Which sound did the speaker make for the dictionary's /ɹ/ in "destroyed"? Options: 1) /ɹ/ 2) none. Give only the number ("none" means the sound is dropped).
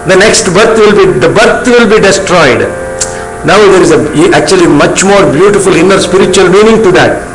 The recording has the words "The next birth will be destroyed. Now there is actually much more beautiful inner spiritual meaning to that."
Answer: 1